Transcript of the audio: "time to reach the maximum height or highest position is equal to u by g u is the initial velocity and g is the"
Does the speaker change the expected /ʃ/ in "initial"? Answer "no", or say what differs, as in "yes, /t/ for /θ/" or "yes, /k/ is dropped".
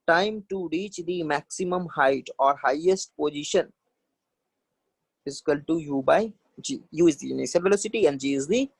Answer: yes, /s/ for /ʃ/